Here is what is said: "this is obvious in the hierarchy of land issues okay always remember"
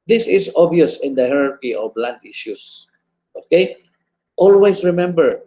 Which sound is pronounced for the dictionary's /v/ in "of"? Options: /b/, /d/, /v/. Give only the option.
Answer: /b/